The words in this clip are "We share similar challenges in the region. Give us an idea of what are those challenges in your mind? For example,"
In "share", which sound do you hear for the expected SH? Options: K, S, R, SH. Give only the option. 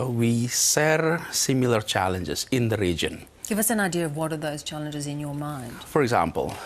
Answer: S